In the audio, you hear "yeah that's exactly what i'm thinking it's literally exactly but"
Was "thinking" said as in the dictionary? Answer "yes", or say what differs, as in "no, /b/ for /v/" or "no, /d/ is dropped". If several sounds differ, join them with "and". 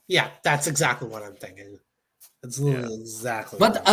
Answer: yes